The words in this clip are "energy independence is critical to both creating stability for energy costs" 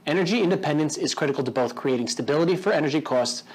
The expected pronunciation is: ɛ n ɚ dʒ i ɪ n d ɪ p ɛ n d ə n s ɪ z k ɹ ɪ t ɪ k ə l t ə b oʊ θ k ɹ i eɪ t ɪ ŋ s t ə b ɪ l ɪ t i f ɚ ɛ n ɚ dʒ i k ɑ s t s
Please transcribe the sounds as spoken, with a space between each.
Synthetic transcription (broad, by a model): ɛ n ɚ dʒ i ɪ n d ɪ p ɛ n d ə n s ɪ z k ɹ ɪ t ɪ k l t ə b oʊ θ k ɹ i eɪ t ɪ ŋ s t ə b ɪ l ɪ t i f ɚ ɛ n ɚ dʒ i k ɑ s t s